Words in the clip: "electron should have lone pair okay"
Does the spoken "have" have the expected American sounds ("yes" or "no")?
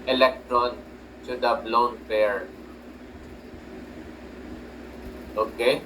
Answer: no